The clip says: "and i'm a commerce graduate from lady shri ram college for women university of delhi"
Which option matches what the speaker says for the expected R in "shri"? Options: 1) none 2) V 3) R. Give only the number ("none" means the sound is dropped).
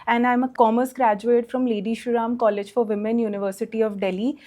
1